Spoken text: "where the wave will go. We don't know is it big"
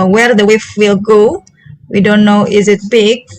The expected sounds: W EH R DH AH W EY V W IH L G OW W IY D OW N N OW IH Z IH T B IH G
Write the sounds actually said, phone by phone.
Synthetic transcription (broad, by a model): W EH R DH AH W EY F W IH L G OW W IY D OW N N OW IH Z IH T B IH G